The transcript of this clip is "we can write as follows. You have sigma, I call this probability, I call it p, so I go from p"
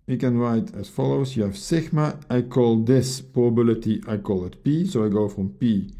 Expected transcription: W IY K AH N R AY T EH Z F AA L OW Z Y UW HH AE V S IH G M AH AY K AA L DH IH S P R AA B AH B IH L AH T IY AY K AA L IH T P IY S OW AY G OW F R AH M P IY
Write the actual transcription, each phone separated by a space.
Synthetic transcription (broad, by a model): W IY K AH N R AY T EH S F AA L OW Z Y UW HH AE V S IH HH M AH AY K AA L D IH S P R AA AH B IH L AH T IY AY K AA L IH T P IY S OW AY G OW F R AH M P IY